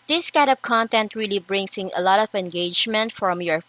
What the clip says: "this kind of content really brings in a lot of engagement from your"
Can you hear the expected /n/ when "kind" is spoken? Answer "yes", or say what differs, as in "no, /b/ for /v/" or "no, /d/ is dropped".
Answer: no, /n/ is dropped